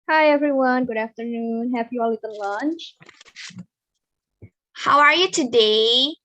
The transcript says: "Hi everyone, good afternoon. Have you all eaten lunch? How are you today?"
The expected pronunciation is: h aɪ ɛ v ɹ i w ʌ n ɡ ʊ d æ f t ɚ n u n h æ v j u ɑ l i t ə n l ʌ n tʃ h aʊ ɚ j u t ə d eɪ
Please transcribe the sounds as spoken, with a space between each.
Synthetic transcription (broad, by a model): h aɪ ɛ v ɹ i w ʌ n ɡ ʊ d æ f t ɚ n u n h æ p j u ɑ l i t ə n l ʌ n tʃ h aʊ ɚ j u t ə d eɪ